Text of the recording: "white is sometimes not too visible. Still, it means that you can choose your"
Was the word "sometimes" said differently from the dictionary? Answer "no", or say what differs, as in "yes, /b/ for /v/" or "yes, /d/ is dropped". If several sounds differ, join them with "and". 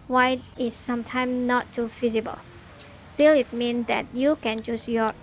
yes, /z/ is dropped